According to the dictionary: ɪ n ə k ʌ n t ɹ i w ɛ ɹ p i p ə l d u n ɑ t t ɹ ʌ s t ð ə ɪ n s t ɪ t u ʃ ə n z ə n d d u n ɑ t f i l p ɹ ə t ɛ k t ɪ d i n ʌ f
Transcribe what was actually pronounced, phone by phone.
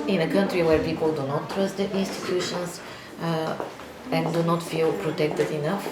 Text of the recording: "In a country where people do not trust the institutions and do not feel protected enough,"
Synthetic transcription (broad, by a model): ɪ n ə k ʌ n t ɹ i w ɛ ɹ p i p ə l d u n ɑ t t ɹ ʌ s t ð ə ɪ n s t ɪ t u ʃ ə n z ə n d d u n ɑ t f i l p ɹ ə t ɛ k t ɪ d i n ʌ f